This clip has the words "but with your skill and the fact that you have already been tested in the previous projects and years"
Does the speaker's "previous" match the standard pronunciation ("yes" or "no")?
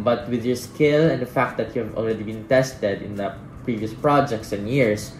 yes